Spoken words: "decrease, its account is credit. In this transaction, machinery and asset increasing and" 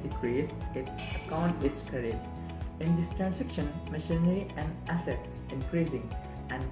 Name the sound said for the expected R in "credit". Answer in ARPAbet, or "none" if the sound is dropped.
none